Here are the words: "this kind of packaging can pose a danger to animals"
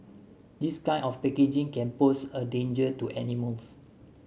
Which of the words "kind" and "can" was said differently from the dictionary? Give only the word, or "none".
kind